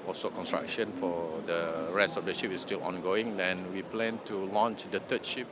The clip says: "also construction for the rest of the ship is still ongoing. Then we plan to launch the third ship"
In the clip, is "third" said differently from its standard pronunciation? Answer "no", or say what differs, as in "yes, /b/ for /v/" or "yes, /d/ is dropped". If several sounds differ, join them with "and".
yes, /t/ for /θ/